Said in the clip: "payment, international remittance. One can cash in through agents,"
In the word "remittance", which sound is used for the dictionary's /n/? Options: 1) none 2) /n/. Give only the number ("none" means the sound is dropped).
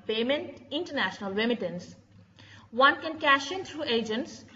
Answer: 2